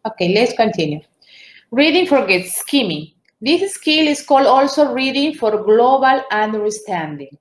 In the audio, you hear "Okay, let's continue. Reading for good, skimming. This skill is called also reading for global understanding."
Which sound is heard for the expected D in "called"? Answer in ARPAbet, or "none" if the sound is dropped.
D